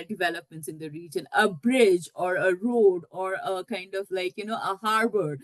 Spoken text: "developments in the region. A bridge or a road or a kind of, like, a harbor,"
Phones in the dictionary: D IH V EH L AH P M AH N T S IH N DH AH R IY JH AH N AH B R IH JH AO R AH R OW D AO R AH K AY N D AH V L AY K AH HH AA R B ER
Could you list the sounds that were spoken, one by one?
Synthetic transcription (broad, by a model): D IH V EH L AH P M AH N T S IH N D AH R IY JH AH N AH B R IH JH AO R AH R OW D AO R AH K AY N D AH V L AY K AH HH AA R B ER